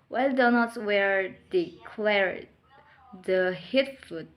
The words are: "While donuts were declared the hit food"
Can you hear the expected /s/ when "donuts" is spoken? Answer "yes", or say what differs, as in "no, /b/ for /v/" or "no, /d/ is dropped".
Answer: no, /s/ is dropped